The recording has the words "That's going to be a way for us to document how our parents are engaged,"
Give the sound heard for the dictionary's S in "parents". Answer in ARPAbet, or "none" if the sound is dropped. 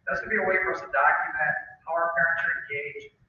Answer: none